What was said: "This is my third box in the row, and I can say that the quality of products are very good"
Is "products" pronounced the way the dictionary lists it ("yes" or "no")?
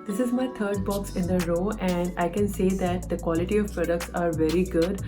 yes